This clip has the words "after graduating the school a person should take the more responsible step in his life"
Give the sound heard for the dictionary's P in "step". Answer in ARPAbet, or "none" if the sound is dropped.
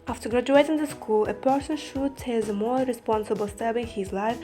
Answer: B